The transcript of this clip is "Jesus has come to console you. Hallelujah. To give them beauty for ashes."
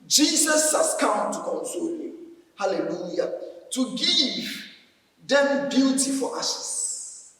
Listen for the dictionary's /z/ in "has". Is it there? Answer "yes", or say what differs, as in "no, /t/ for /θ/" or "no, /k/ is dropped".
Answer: no, /s/ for /z/